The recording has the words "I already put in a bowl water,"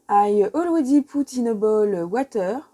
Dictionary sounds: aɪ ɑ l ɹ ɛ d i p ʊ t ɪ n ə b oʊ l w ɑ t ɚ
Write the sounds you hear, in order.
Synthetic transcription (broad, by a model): aɪ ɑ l w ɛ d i p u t ɪ n ə b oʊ l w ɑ t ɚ